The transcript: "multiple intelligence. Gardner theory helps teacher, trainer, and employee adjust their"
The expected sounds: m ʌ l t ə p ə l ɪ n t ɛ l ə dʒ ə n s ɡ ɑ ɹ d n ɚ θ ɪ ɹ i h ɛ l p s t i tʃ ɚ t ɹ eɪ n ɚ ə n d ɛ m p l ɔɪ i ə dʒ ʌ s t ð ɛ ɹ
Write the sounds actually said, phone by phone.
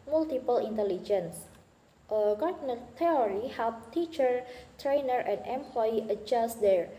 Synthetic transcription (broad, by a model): m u l t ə p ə l ɪ n t ɛ l ə dʒ ə n s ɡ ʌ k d n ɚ t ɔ ɹ i h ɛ l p t i tʃ ɚ t ɹ eɪ n ɚ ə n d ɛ m p l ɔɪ i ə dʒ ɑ s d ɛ ɹ